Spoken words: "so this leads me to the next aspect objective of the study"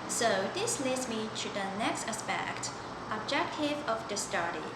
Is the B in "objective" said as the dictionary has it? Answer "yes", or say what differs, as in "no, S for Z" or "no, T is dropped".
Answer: yes